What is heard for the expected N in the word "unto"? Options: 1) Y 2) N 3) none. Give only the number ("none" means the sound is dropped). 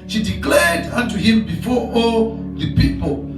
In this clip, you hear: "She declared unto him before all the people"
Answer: 2